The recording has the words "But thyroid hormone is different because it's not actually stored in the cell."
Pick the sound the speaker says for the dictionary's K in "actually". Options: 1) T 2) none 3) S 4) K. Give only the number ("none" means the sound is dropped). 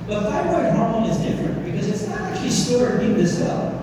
4